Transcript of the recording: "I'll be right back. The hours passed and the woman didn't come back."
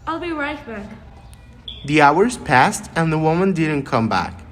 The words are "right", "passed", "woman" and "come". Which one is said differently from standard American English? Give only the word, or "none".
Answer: none